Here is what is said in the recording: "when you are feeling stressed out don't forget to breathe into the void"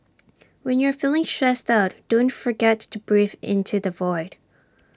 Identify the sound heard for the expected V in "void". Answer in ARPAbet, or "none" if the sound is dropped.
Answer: V